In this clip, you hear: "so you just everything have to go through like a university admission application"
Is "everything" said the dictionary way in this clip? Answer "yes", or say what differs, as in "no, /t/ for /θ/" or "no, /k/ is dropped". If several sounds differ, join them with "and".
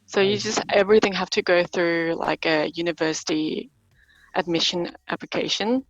yes